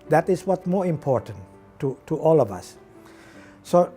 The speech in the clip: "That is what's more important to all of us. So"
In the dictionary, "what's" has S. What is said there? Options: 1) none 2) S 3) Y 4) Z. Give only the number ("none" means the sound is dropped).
1